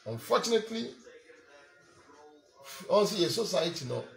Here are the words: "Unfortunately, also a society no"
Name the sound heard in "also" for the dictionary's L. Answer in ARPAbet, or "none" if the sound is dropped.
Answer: N